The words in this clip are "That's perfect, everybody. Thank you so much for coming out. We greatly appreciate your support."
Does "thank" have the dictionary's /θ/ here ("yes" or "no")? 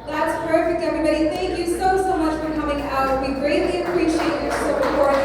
yes